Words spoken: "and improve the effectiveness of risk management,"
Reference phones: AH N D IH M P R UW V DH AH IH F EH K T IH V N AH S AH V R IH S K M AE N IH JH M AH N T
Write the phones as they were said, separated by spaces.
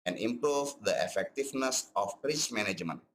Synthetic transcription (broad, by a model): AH N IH M P R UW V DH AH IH F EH K T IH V N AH S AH P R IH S M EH N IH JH M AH N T